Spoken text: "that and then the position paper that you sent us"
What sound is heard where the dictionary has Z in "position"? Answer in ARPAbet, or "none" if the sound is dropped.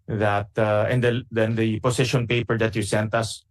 S